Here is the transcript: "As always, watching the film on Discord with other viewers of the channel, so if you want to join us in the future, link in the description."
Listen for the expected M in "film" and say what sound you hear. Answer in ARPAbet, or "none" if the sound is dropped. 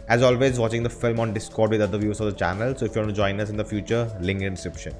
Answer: M